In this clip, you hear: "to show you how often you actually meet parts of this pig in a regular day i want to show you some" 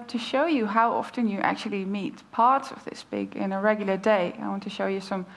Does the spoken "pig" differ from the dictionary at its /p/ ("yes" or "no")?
yes